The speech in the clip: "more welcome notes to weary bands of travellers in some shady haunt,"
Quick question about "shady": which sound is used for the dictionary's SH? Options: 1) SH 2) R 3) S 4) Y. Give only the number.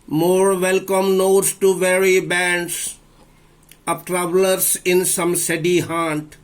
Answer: 3